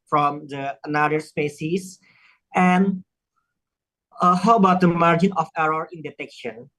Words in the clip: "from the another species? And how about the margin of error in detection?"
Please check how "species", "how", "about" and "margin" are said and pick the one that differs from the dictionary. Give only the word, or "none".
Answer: species